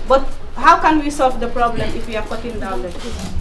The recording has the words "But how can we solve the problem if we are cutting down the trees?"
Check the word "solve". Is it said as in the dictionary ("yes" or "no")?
yes